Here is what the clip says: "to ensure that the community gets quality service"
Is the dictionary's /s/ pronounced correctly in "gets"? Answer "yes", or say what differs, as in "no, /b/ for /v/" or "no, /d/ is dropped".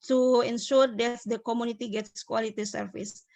yes